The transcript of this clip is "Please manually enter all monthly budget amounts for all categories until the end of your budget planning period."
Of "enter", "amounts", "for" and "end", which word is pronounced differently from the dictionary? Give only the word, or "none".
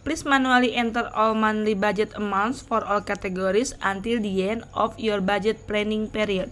end